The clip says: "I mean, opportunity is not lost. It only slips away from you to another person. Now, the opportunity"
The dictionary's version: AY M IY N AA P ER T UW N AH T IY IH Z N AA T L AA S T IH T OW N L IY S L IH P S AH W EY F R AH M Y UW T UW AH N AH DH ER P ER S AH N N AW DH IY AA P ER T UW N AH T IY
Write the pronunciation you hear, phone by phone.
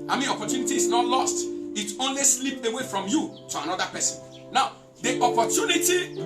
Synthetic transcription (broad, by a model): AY M IY N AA P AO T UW N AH T IY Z N AA T L AA S T IH T OW N L IY S L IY P AH W EY F R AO M Y UW T UW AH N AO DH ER P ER S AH N N AW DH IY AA P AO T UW N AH T IY